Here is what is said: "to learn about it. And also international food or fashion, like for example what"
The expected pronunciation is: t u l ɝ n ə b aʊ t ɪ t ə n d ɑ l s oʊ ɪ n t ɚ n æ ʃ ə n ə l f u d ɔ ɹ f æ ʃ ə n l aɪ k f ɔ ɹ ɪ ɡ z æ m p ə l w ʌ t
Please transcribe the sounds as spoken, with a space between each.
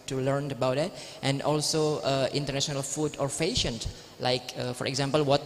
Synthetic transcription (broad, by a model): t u l ɝ n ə b aʊ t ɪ t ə n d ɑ l s oʊ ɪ n t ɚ n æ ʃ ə n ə l f u d ɔ ɹ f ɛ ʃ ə n l aɪ k f ɔ ɹ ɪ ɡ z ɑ m p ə l w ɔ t